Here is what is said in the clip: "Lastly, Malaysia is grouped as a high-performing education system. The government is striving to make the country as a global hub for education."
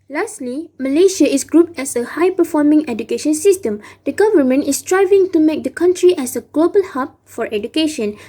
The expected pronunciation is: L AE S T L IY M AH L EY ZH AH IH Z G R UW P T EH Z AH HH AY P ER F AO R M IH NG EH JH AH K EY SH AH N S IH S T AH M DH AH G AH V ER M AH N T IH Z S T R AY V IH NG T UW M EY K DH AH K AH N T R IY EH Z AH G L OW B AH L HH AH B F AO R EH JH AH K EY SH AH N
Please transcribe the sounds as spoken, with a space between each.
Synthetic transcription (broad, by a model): L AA S T L IY M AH L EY SH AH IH S G R UW P T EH S AH HH AY P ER F AO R M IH NG EH JH AH K EY SH AH N S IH S T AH M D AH G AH V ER M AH N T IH S T R AY V IH NG T UW M EY K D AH K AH N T R IY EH S AH G L OW B AH L HH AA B F AO R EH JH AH K EY SH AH N